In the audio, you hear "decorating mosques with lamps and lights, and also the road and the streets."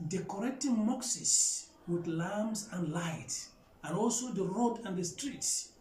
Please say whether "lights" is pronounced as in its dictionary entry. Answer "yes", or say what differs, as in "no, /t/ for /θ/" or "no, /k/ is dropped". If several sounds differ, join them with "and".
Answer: no, /s/ is dropped